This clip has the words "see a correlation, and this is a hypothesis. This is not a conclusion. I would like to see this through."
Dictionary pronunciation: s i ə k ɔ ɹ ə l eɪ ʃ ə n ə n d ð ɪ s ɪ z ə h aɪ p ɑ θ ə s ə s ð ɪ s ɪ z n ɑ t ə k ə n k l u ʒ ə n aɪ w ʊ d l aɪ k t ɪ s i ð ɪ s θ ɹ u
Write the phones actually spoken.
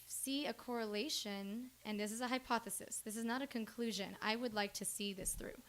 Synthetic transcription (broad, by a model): s i ə k ɔ ɹ ə l eɪ ʃ ə n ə n ð ɪ s ɪ z ə h aɪ p ɑ θ ə s ə s ð ɪ s ɪ z n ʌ t ə k ə n k l u ʒ ə n aɪ w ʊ d l aɪ k t ɪ s i ð ɪ s θ ɹ u